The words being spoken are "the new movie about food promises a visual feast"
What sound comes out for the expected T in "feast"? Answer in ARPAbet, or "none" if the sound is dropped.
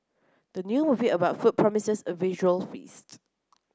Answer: T